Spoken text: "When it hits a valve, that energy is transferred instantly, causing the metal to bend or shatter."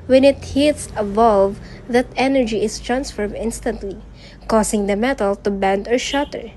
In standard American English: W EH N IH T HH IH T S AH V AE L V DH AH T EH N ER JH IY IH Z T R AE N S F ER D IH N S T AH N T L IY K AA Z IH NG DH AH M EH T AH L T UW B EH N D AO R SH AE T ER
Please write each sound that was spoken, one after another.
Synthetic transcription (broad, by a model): W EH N IH T HH IH T S AH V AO L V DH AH T EH N ER JH IY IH S T R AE N S F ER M IH N S T AH N T L IY K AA S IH NG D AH M EH T AH L T UW B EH N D AO R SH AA T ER